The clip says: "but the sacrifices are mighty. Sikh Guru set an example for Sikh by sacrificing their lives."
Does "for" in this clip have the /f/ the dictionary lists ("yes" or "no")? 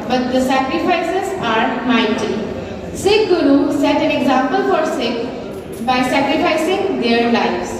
yes